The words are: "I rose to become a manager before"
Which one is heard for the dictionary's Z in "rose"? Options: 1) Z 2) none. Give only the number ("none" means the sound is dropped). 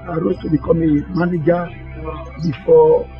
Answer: 2